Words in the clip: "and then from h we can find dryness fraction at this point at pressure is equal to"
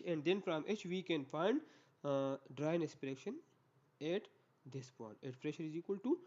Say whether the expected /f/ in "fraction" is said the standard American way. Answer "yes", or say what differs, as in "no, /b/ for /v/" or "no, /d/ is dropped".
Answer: no, /p/ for /f/